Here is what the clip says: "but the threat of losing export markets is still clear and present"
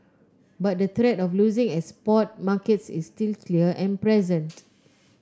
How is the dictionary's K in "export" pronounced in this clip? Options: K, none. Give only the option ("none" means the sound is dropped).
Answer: none